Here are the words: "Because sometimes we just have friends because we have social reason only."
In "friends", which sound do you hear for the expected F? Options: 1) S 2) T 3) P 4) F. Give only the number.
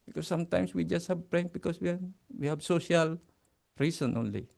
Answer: 3